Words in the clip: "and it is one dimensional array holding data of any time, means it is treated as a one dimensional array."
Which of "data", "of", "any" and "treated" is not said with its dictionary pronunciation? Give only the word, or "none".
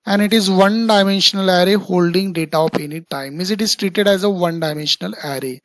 of